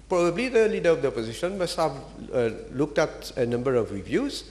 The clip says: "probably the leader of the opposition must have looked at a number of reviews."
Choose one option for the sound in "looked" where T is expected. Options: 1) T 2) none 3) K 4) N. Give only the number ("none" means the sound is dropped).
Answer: 1